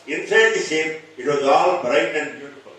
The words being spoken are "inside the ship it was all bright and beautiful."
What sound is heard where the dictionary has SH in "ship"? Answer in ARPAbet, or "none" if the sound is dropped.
S